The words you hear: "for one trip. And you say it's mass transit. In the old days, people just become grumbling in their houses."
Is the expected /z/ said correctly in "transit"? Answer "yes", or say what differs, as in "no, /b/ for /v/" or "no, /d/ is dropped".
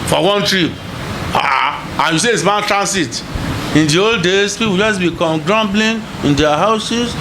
no, /s/ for /z/